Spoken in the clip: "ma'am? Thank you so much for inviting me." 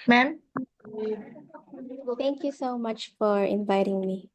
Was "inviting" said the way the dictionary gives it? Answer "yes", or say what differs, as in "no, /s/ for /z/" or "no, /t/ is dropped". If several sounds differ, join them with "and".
yes